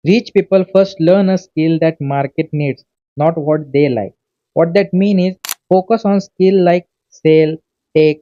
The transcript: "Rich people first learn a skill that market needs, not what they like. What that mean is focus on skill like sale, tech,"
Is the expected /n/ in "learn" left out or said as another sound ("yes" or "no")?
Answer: no